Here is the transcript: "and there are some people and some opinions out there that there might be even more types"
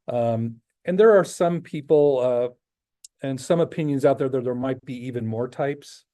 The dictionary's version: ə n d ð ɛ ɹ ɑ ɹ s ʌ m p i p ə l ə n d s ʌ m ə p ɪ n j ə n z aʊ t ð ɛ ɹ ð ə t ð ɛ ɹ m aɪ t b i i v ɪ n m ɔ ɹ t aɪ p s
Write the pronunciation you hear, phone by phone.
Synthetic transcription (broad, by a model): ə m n ð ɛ ɹ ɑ ɹ s ʌ m p i p l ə n s ʌ m ə p ɪ n j ə n z aʊ t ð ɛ ɹ ð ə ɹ ð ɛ ɹ m aɪ t b i i v ɪ n m ɔ ɹ t aɪ p s